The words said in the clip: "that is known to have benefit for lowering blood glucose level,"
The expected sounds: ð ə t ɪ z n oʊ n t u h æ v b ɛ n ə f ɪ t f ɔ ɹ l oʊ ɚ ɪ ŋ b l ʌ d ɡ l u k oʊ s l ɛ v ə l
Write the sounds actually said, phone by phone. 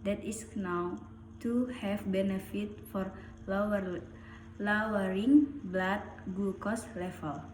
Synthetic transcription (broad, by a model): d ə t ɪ s n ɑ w t u h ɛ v b ɛ n ə f ɪ t f ɔ ɹ l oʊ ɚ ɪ ŋ b l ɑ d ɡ u k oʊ s l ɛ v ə l